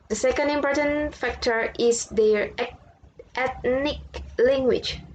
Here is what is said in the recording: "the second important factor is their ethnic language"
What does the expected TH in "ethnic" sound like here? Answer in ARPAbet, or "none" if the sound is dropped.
T